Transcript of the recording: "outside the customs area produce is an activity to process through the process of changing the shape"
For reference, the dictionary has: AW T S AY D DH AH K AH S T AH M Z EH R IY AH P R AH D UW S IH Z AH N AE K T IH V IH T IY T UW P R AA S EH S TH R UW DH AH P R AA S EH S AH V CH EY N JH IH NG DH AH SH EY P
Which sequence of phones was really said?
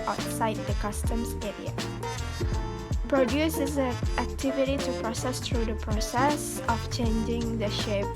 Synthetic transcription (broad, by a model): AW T S AY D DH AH K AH S T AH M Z EH R IY AH P R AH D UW S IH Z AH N AE K T IH V IH T IY T UW P R AA S EH S T R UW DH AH P R AA S EH S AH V CH EY N JH IH NG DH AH SH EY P